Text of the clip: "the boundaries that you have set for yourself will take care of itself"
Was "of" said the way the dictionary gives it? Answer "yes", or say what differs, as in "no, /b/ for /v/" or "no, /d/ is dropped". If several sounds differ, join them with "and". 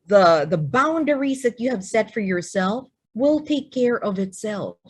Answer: yes